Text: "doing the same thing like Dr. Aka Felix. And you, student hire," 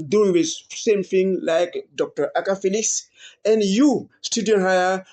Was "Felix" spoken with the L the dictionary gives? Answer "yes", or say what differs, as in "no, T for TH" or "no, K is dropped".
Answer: yes